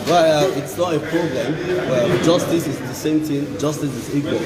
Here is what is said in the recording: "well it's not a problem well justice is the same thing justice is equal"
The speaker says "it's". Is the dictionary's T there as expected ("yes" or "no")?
yes